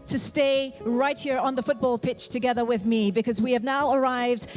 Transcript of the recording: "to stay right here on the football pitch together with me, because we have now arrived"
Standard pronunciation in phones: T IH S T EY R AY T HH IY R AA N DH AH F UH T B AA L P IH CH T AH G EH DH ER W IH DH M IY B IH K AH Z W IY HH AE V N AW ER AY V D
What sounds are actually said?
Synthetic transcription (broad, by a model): T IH S T EY R AY T HH IY R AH N DH AH F UH T B AA L P IH CH T AH G EH DH ER W IH DH M IY B IH K AH Z W IY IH V N AW ER AY V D